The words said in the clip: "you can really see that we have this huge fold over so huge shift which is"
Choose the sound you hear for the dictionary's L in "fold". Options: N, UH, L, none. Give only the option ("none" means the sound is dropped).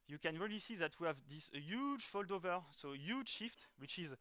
L